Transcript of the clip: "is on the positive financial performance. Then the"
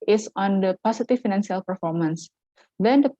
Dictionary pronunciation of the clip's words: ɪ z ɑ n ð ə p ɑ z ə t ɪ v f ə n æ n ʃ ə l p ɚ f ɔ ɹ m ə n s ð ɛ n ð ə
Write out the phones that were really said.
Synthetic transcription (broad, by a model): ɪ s ɑ n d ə p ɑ s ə t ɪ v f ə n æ n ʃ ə l p ɚ f ɔ ɹ m ə n s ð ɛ n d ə